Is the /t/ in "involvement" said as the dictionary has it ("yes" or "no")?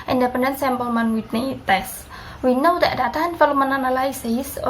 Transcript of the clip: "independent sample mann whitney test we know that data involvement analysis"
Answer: no